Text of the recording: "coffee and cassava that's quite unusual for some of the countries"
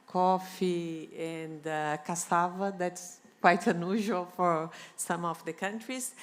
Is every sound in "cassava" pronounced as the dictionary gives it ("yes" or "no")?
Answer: yes